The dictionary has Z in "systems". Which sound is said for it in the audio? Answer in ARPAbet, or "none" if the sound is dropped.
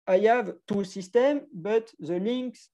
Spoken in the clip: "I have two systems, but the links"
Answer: none